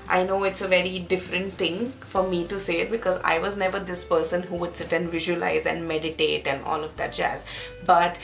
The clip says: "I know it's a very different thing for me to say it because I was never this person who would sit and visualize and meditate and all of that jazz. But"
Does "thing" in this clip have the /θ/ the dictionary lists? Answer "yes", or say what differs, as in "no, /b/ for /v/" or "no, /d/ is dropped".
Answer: no, /t/ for /θ/